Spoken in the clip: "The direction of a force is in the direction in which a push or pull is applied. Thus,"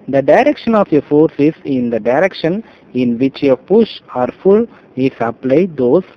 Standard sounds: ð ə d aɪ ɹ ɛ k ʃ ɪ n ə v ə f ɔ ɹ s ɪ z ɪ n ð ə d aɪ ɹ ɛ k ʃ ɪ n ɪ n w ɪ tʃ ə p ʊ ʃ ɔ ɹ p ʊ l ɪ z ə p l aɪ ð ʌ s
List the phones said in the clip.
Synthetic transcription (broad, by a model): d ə d aɪ ɹ ɛ k ʃ ɪ n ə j ə f ɔ ɹ s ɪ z ɪ n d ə d aɪ ɹ ɛ k ʃ ɪ n ɪ n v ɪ tʃ ə p ʊ ʃ ɔ ɹ f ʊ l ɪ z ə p l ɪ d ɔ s